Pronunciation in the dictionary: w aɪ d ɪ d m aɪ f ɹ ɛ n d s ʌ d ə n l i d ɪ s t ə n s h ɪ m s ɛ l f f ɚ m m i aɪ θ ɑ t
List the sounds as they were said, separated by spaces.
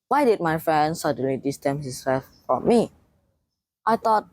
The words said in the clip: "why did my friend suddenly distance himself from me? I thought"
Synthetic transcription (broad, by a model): w aɪ d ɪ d m aɪ f ɹ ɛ n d s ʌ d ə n l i d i s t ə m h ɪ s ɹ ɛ f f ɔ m m i aɪ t ɑ t